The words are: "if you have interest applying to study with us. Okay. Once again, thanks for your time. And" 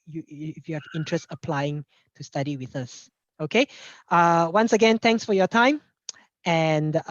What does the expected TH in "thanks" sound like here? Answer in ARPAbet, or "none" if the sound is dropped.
T